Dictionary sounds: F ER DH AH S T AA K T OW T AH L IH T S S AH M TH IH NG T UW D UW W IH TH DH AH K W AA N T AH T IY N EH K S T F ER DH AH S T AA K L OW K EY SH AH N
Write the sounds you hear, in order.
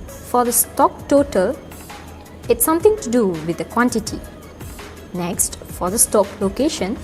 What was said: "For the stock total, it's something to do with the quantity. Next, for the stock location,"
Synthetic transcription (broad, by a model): F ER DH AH S T AA K T OW T AH L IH T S S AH M T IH NG T UW D UW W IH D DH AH K W AA N T AH T IY N EH K S T F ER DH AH S T AA K L OW K EY SH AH N